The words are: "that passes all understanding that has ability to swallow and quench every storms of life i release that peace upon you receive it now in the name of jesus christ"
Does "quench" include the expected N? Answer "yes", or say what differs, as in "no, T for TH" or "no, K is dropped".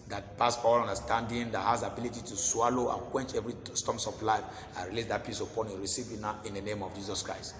yes